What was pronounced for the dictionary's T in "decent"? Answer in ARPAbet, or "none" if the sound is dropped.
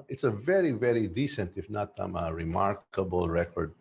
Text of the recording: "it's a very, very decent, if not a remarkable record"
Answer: T